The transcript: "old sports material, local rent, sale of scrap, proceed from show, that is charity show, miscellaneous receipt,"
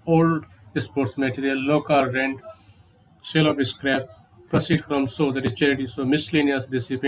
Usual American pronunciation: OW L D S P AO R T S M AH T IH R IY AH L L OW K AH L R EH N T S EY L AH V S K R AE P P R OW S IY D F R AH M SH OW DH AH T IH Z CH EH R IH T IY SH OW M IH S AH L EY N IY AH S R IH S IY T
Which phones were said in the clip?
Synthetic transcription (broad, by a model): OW L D S P AO R T S M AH T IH R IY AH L L OW K AH L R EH N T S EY L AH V S K R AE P P R OW S IY D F R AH M S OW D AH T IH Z CH EH R IH T IY S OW M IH S L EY N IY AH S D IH S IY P